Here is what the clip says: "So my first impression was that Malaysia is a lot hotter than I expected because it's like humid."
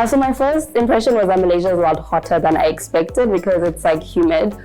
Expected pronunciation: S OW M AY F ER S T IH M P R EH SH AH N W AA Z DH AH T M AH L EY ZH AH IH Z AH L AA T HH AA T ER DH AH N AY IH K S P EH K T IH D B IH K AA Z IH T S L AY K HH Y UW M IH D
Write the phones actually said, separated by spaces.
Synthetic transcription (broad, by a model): S OW M AY F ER S T IH M P R EH SH AH N W AA Z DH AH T M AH L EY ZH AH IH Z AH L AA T HH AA T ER DH AH N AY IH K S P EH K T IH D B IH K AA Z IH T S L AY K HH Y UW M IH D